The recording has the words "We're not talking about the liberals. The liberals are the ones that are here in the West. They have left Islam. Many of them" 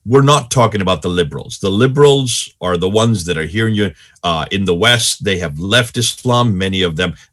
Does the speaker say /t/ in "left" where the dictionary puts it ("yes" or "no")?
yes